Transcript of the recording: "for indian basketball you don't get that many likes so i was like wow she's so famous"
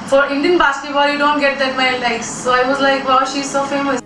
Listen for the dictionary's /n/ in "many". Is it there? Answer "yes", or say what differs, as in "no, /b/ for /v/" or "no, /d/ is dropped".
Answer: no, /n/ is dropped